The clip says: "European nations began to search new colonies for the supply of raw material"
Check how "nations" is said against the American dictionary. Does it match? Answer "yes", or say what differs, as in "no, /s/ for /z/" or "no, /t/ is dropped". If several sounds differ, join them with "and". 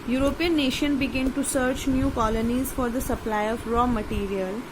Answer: no, /z/ is dropped